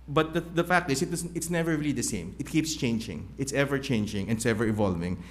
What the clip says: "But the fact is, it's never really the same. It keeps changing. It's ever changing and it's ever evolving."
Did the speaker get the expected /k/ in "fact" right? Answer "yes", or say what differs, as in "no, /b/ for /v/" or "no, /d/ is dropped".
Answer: yes